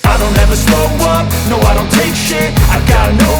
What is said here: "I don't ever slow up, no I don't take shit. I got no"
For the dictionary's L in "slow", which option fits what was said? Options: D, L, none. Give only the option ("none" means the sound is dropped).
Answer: none